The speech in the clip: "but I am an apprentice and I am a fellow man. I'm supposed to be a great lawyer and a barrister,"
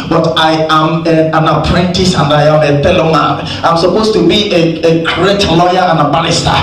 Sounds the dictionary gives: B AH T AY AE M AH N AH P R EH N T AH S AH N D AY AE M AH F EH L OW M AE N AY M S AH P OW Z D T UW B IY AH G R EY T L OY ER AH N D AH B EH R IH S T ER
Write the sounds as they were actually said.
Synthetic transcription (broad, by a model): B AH T AY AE M AH N AH P R EH N T AH S AH N D AY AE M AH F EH L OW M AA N AY M S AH P OW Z T UW B IY AH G R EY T L OY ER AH N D AH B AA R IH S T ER